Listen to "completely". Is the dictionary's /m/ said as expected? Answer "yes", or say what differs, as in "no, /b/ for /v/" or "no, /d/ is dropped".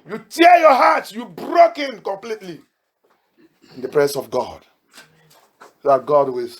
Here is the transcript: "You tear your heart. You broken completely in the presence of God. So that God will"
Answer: yes